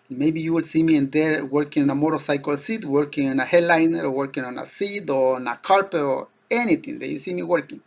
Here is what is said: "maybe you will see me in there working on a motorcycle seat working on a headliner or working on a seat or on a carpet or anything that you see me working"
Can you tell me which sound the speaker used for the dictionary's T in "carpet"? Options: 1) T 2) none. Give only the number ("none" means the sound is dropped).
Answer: 2